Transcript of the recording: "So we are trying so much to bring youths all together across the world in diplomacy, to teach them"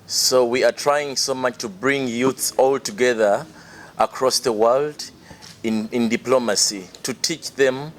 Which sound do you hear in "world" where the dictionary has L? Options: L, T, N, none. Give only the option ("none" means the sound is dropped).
L